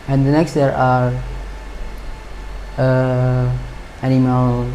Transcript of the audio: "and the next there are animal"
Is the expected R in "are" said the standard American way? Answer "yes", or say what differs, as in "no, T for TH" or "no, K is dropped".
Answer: yes